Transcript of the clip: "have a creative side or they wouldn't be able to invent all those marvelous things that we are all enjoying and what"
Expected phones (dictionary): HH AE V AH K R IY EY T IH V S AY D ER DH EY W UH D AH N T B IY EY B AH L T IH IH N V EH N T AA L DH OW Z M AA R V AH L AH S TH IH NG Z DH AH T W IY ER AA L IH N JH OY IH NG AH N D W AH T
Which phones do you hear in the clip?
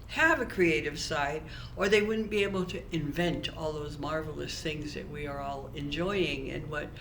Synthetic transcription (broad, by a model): HH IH V AH K R IY EY T IH V S AY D ER DH EY W UH D N B IY EY B L T IH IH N V EH N T AA L DH OW Z M AA R V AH L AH S TH IH NG Z DH AH T W IY ER AA L IH N JH OY IH NG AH N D W AH T